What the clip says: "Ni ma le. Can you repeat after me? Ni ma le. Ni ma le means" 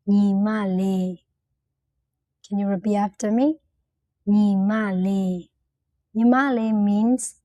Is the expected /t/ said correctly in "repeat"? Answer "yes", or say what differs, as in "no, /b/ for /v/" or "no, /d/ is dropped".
no, /t/ is dropped